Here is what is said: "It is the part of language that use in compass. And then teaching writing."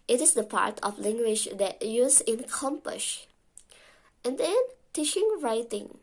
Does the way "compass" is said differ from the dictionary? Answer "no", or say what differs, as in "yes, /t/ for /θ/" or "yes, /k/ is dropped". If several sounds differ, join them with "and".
yes, /ʃ/ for /s/